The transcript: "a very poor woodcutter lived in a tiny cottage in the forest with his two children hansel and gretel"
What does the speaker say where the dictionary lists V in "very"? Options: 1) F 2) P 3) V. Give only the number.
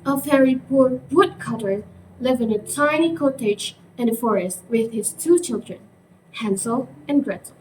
1